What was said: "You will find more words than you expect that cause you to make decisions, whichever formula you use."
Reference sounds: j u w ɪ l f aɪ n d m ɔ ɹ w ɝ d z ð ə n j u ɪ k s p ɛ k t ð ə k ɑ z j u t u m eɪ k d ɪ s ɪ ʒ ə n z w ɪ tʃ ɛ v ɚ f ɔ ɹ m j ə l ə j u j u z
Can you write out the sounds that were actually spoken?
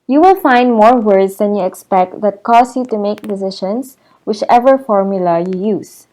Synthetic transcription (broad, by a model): j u w ɪ l f aɪ n d m ɔ ɹ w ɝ d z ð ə n j u ɪ k s p ɛ k t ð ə k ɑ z j u t u m eɪ k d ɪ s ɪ ʃ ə n s w ɪ tʃ ɛ v ɚ f ɔ ɹ m j ə l ə j u j u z